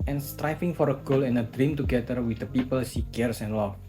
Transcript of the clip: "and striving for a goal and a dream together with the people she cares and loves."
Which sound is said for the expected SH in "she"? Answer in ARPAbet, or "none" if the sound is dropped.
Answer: S